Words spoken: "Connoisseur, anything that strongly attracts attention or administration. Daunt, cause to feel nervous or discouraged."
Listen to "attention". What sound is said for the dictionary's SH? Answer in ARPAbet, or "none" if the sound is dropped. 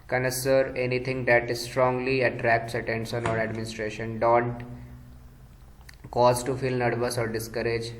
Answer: S